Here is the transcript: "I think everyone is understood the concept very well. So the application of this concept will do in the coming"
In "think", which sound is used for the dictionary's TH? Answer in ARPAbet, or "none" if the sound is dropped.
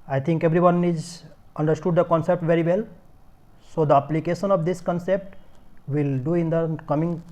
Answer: T